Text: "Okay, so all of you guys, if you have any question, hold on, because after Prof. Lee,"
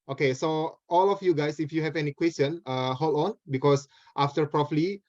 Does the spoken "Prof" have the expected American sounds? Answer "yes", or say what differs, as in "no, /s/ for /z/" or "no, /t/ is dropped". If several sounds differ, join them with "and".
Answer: no, /p/ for /f/